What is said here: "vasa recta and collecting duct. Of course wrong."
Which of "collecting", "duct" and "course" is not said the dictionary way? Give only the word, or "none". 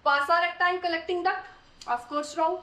duct